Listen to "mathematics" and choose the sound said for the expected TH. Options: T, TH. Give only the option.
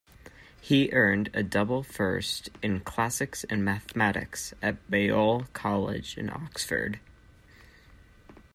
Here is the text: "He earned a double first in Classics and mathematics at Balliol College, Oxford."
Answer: TH